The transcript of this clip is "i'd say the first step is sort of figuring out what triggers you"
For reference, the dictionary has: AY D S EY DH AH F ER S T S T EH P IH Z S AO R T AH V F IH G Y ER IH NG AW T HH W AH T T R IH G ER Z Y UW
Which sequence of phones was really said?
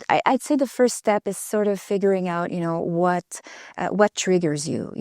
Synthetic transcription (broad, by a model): AY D S EY DH AH F ER S T S T EH P IH Z S AO R T AH V F IH G Y ER IH NG AW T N W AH T T R IH G ER Z Y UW